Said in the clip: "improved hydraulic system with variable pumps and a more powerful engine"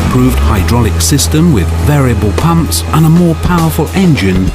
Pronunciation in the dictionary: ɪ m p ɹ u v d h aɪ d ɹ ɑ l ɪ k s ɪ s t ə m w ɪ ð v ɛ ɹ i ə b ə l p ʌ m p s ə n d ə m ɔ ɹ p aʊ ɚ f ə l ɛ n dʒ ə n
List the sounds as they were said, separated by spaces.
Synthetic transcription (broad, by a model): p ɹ u v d h aɪ d ɹ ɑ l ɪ k s ɪ s t ə m w ɪ ð v ɛ ɹ i ə b ə l p ʌ m p s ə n ə m ɔ ɹ p aʊ ɚ f ə l ɛ n dʒ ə n